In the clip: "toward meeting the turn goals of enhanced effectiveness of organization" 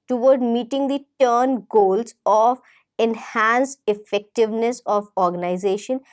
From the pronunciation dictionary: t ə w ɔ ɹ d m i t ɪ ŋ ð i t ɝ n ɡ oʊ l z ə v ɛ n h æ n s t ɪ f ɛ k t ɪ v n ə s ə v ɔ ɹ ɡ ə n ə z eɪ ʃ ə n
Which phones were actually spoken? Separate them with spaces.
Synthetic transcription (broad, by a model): t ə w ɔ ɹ d m i t ɪ ŋ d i t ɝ n ɡ oʊ l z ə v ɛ n h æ n s ɪ f ɛ k t ɪ v n ə s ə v ɔ ɹ ɡ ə n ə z eɪ ʃ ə n